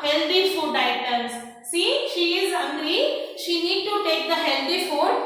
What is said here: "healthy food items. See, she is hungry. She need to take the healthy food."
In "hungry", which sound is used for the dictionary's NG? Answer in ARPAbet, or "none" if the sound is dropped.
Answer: none